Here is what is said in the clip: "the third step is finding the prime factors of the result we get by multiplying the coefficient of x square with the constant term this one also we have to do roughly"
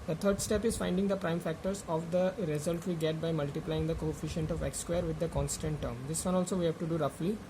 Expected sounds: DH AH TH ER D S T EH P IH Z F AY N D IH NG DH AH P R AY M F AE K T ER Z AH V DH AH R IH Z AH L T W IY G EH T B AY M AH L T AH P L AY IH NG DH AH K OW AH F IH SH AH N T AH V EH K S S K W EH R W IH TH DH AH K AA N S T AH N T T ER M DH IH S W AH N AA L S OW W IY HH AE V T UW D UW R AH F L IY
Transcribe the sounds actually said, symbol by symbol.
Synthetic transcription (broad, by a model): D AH T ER D S T EH P IH Z F AY N D IH NG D AH P R AY M F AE K T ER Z AH V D AH R IH Z AH L T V IY G EH T B AY M AH L T AH P L AY IH NG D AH K OW AH F IH SH AH N T AH V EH K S S K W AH R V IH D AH K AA N S T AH N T T ER M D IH S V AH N AA L S OW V IY HH AE V T UW D UW R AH F L IY